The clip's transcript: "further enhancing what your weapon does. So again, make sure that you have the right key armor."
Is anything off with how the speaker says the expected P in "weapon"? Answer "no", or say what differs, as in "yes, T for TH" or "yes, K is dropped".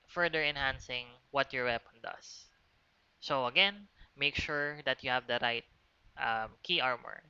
no